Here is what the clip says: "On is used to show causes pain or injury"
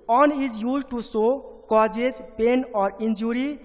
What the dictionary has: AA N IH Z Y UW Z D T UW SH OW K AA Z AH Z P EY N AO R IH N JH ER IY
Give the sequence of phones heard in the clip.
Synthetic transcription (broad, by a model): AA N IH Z Y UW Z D T UW S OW K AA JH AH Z P EY N AO R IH N JH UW IY